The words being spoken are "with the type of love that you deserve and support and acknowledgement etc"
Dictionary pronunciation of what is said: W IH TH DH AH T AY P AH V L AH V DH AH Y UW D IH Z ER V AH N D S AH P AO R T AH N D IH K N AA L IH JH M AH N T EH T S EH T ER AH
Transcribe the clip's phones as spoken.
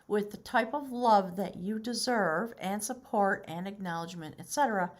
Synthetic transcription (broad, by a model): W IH DH AH T AY P AH V L AH V DH AH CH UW D IH Z ER V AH N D S AH P AO R T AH N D IH K N AA L IH JH M AH N T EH T S EH T ER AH